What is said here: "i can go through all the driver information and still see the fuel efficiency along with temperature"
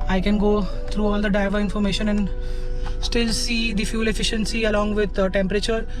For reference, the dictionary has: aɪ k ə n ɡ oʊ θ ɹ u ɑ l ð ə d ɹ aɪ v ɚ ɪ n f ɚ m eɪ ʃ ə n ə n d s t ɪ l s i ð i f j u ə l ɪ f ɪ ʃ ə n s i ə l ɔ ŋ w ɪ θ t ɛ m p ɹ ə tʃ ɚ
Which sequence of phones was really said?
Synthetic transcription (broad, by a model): aɪ k ə n ɡ oʊ t ɹ u ɑ l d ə d aɪ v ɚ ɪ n f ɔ m eɪ ʃ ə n ə n d s t ɪ l s i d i f j u l ɪ f ɪ ʃ ə n s i ə l ɔ ŋ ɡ ɪ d t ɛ m p ɹ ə tʃ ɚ